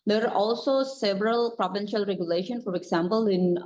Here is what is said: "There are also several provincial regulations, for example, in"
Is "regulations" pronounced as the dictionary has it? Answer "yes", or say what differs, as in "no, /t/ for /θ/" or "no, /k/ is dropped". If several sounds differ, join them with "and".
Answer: no, /z/ is dropped